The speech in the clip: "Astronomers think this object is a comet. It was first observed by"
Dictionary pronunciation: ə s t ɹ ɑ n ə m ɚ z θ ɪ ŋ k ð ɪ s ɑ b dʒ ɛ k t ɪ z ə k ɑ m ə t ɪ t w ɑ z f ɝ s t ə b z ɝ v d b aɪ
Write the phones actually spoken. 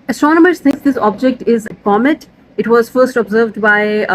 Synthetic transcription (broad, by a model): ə s t ɹ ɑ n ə m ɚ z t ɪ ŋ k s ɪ s ɑ b dʒ ɛ k t ɪ z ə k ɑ m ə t ɪ t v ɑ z f ɝ s t ə b z ɝ v d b aɪ